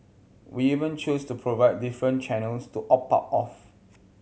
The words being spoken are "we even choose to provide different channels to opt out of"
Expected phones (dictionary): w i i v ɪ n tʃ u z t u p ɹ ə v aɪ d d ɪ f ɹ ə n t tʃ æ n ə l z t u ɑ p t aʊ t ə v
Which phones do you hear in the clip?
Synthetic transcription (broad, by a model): w i i v ɪ n tʃ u s t u p ɹ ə v aɪ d d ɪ f ɹ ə n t tʃ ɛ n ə l s t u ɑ p aʊ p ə f